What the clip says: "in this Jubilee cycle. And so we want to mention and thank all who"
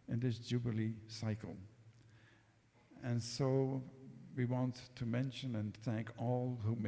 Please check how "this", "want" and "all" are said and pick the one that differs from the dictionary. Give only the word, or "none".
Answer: none